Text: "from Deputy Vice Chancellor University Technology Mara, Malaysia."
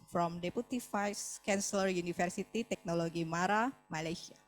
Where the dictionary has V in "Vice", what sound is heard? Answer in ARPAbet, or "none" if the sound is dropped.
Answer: F